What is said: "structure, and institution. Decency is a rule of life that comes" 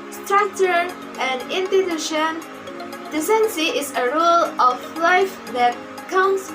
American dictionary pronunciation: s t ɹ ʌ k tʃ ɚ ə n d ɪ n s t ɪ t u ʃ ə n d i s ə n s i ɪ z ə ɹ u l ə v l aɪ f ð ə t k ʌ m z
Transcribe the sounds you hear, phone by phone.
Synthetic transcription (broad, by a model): s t ɹ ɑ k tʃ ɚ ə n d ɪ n t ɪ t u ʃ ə n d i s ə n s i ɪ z ə ɹ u l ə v l aɪ f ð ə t k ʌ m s